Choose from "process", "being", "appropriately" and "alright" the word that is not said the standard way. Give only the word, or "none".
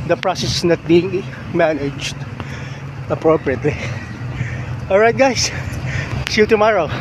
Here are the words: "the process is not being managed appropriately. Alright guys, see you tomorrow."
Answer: none